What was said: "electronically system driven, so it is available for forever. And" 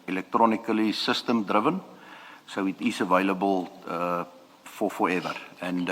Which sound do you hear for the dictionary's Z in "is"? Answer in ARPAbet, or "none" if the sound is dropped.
S